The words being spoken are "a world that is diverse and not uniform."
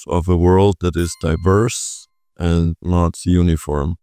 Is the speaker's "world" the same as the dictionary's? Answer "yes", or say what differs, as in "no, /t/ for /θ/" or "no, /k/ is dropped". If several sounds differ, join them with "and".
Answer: yes